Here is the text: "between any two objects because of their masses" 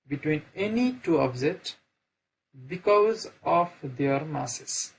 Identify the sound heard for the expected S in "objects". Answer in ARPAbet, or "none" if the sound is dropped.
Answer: none